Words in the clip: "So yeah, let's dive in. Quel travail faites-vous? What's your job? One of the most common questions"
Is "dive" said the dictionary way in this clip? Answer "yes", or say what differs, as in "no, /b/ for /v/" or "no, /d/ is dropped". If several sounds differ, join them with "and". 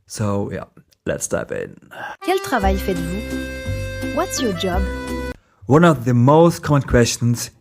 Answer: no, /p/ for /v/